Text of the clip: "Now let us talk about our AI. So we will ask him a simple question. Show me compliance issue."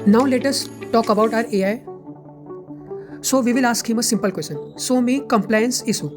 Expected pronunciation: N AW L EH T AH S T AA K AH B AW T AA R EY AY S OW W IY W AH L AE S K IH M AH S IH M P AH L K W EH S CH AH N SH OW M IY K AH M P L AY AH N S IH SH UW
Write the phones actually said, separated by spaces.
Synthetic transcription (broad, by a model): N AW L EH T AH S T AA K AH B AW T AA R EY AY S OW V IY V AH L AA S K IH M AH S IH M P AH L K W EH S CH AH N S OW M IY K AH M P L AY AH N S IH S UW